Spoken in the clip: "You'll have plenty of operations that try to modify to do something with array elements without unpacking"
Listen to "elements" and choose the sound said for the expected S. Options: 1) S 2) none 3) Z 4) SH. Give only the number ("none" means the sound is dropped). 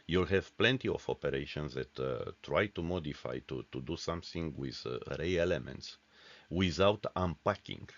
1